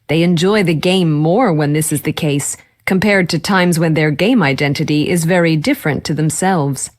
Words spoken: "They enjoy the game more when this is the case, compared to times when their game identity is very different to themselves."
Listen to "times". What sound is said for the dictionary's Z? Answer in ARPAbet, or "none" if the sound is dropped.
Z